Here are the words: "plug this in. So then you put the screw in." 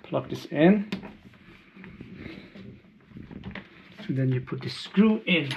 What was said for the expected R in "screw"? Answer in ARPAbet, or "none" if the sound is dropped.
R